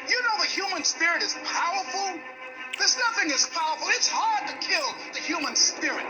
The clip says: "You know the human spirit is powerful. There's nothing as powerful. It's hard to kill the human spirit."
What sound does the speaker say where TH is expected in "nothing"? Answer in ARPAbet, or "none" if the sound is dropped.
TH